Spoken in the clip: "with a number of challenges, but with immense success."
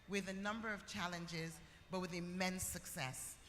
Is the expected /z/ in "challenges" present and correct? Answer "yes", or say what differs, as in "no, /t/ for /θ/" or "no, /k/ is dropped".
yes